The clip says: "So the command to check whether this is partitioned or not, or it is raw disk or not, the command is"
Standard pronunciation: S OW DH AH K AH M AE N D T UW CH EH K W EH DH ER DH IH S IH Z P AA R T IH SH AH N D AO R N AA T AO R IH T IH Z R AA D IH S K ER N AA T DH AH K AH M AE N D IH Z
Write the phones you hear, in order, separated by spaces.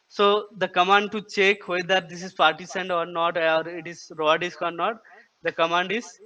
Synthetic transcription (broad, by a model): S OW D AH K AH M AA N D T UW CH EH K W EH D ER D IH S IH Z P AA R T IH S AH N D AO R N AA T AO R IH T IH Z R AA D IH S K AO N AA T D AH K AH M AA N D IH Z